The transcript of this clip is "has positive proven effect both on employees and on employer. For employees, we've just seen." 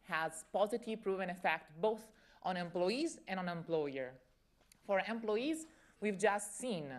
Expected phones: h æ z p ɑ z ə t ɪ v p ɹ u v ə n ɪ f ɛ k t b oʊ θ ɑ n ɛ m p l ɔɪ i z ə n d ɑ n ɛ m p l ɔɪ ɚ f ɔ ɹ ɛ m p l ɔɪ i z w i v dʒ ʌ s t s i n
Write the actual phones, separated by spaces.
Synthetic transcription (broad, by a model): h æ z p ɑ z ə t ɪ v p ɹ u v ə n ɪ f ɛ k t b oʊ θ ɑ n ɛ m p l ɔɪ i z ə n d ɑ n ɛ m p l ɔɪ ɚ f ɔ ɹ ɛ m p l ɔɪ i z w i v dʒ ʌ s t s i n